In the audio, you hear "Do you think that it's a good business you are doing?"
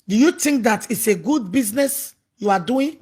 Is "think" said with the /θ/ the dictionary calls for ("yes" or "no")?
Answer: no